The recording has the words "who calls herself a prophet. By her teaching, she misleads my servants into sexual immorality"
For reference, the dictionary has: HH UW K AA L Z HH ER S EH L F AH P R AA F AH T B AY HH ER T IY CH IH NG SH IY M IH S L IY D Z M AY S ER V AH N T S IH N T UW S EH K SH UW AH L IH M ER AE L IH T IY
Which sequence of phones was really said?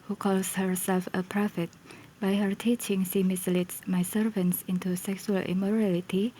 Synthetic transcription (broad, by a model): HH UW K AA L S HH ER S EH L F AH P R AA F AH T B AY HH ER T IY CH IH NG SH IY M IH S L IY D M AY S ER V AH N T S IH N T UW S EH K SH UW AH L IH M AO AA L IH T IY